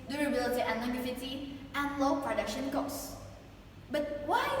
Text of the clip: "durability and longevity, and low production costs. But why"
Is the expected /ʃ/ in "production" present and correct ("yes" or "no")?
yes